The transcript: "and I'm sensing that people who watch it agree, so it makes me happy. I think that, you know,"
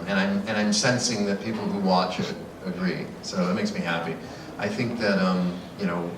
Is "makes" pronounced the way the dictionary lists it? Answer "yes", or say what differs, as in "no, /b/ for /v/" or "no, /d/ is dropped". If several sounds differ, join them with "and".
yes